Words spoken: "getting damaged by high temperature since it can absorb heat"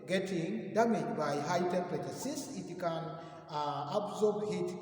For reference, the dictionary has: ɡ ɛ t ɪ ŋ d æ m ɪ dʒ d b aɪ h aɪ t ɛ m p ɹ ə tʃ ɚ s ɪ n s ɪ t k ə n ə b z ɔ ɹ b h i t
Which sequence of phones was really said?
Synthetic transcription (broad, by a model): ɡ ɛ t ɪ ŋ d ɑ m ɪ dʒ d b aɪ h aɪ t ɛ p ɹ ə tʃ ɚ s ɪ s ɪ t k ə n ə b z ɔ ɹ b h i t